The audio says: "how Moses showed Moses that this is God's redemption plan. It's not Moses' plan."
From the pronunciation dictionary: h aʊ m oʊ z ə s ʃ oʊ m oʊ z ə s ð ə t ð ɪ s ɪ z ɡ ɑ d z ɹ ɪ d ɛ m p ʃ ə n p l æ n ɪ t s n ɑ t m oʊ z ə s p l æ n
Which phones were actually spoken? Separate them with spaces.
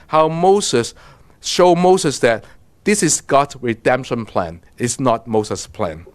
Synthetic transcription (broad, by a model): h aʊ m oʊ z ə s ʃ oʊ m oʊ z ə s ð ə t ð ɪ s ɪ s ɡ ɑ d s ɹ ɪ d ɛ m p ʃ ə n p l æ n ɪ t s n ɑ t m oʊ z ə s p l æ n